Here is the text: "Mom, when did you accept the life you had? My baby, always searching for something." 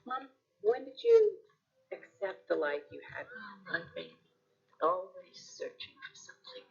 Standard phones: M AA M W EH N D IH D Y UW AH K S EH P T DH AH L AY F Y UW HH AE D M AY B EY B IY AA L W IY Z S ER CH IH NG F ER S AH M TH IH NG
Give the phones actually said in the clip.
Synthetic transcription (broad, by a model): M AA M W EH N D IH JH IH AH K S EH P T DH AH L AY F Y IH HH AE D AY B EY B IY AA L W IY Z S ER CH IH NG F ER S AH M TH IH NG